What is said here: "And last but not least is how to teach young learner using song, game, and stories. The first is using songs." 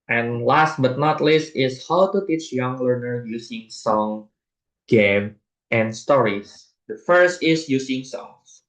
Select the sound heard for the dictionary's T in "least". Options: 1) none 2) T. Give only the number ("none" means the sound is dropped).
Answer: 2